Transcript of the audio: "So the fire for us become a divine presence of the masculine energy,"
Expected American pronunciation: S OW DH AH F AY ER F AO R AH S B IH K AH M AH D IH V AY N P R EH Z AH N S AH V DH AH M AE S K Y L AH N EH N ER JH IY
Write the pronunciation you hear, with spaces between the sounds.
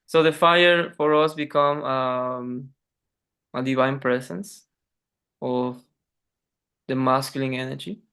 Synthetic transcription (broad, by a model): S OW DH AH F AY ER F AO R AH S B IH K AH M AH D IH V AY N P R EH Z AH N S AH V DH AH M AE S K Y L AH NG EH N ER JH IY